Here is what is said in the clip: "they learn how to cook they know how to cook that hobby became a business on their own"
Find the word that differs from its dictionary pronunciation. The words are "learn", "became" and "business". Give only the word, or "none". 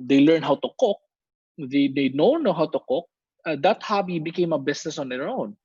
business